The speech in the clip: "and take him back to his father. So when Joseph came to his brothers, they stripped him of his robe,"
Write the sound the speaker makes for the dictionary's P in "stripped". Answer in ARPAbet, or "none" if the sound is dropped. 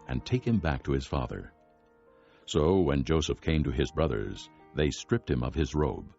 P